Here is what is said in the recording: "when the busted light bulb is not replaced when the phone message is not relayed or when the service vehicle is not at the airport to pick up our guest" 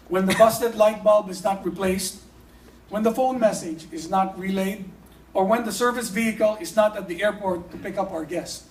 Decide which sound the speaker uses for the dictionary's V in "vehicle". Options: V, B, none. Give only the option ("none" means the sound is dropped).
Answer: V